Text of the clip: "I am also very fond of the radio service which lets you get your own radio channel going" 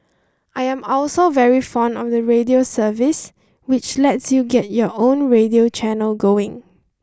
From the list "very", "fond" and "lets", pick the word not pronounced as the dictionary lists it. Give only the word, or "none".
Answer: none